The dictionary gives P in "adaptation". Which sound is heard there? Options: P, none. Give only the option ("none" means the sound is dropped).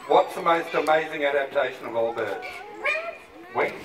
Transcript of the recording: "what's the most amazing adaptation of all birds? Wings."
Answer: P